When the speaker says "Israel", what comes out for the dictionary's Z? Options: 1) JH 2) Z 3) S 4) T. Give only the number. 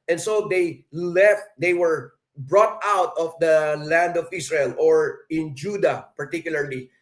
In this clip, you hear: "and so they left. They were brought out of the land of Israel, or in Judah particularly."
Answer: 3